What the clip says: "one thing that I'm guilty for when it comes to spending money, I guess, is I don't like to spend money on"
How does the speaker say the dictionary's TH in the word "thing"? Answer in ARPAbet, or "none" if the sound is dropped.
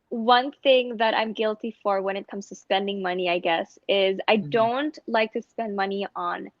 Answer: TH